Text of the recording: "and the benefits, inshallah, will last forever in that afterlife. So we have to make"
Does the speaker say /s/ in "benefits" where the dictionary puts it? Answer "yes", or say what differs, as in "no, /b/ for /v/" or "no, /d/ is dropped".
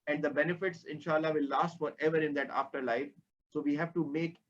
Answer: yes